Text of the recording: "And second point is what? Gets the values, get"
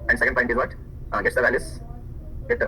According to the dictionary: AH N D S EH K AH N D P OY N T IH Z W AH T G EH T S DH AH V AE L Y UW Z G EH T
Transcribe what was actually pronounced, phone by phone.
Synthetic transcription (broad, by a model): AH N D S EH K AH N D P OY T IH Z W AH T G EH T S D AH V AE L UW S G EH T